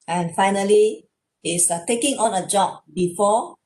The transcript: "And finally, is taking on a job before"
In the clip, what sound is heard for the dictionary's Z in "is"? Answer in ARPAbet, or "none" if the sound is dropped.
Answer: S